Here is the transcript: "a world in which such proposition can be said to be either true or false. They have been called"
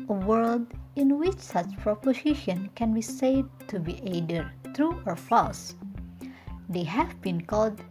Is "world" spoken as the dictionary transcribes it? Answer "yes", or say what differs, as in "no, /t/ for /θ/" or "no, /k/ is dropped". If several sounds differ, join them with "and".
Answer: yes